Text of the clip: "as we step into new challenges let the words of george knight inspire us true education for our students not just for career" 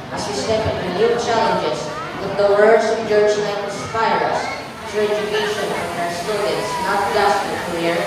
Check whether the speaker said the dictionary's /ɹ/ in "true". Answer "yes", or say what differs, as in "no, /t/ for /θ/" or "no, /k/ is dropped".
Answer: no, /ɹ/ is dropped